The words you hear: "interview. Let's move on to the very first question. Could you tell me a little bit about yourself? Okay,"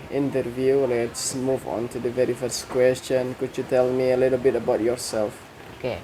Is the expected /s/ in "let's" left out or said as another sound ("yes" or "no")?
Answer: no